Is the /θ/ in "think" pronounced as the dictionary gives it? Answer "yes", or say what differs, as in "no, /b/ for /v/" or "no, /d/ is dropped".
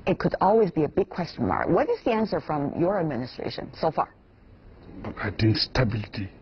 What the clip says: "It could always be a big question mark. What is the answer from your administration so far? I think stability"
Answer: no, /t/ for /θ/